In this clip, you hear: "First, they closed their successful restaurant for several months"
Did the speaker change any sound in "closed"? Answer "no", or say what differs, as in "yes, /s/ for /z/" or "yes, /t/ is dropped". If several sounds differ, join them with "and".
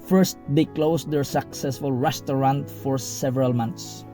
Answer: yes, /s/ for /z/